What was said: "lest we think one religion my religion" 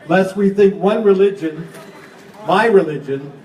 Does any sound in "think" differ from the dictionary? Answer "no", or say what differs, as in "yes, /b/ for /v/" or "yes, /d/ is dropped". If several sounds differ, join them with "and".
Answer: no